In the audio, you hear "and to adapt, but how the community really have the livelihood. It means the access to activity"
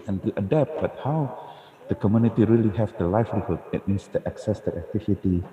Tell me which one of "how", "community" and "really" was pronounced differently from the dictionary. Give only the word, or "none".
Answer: none